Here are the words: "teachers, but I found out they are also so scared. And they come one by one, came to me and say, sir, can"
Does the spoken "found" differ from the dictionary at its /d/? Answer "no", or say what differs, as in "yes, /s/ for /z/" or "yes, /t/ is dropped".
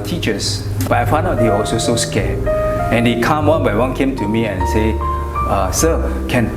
yes, /d/ is dropped